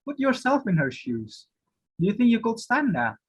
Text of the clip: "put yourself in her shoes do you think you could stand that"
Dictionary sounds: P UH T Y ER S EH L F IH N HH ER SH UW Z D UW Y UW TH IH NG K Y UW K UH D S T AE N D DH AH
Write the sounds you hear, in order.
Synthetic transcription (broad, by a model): P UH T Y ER S EH L F IH N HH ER SH UW Z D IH Y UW TH IH NG K Y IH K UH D S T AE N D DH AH